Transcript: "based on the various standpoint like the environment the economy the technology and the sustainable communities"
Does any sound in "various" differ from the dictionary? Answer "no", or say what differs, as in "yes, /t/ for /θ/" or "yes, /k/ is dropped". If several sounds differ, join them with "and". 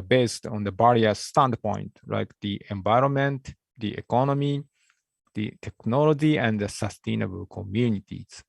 yes, /b/ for /v/